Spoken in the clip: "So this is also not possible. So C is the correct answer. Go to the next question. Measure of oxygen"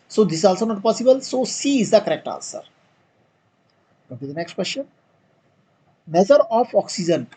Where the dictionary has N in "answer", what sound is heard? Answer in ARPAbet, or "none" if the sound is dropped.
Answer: L